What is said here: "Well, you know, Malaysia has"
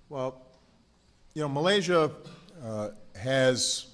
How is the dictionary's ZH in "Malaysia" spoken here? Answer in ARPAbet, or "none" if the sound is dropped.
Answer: ZH